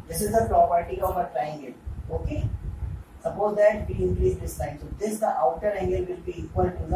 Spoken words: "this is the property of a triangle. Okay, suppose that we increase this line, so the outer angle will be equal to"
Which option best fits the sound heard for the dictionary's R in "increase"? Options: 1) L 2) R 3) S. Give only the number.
1